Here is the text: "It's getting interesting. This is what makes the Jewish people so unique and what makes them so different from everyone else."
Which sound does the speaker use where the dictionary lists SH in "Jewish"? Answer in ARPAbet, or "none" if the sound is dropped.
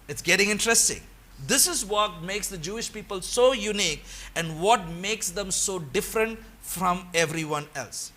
SH